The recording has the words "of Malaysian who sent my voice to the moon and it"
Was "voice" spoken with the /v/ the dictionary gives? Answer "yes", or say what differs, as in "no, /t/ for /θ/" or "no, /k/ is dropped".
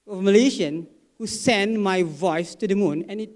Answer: yes